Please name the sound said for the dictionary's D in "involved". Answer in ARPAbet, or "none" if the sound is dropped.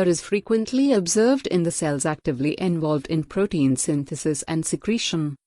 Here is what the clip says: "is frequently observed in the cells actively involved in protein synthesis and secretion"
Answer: D